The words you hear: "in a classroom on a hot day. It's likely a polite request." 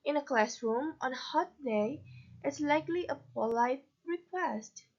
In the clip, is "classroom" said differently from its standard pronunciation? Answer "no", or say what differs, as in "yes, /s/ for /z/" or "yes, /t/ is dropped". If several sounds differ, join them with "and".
no